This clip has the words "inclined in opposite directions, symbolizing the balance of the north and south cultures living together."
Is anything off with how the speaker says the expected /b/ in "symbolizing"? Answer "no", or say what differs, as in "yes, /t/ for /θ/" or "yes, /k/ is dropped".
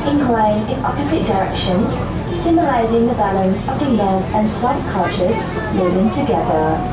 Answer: yes, /b/ is dropped